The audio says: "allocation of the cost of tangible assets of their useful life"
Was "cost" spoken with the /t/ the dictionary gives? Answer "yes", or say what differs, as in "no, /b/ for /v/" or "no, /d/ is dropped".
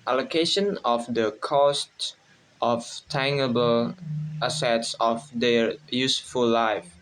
yes